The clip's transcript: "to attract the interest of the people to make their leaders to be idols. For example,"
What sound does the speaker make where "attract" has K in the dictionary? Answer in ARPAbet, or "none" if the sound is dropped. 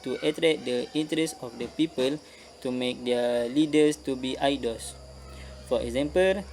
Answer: none